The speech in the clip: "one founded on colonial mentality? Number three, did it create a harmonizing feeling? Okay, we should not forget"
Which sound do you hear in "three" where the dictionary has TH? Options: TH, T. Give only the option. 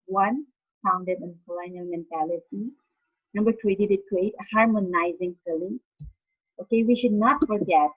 T